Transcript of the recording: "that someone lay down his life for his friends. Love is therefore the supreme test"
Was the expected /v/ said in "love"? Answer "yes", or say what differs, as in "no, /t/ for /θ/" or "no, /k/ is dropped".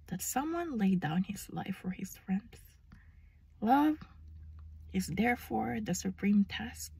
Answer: yes